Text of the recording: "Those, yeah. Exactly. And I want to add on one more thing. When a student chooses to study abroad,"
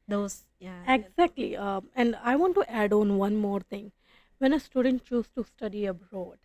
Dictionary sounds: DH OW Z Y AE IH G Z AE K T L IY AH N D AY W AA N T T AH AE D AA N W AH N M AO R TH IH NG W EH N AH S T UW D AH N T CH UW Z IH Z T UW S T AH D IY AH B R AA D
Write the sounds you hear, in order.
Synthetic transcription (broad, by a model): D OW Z Y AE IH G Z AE K T L IY AH N D AY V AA N T T AE D AA N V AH N M AO R T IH NG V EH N AH S T UW D AH N T CH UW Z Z T UW S T AH D IY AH B R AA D